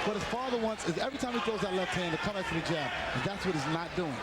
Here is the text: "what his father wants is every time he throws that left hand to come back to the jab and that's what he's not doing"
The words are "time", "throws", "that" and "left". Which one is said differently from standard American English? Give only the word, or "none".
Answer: throws